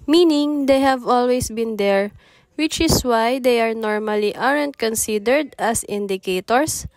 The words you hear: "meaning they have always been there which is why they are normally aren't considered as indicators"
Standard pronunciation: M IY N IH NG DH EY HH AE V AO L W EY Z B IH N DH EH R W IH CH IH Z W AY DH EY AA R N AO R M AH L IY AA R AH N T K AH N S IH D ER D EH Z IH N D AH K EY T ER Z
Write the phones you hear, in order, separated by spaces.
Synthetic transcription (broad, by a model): M IY N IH NG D EY HH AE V AO L W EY S B IH N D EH R W IH CH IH S W AY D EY AA R N AO R M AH L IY AA R AH N T K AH N S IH D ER D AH S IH N D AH K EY T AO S